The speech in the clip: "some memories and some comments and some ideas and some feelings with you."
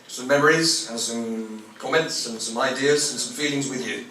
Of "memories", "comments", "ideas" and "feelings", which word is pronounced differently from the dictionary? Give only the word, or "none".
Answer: none